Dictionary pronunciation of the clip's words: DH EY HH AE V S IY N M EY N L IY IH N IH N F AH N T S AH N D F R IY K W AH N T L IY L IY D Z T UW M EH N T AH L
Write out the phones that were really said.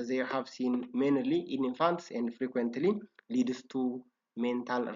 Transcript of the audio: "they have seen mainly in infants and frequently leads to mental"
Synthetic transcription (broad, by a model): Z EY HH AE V S IY N M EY N L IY IH N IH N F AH N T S AH N D F R IY K W AH N T L IY L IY D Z T UW M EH N T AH L